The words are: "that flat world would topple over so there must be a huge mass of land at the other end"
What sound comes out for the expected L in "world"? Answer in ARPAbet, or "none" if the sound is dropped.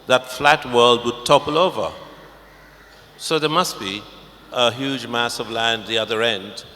L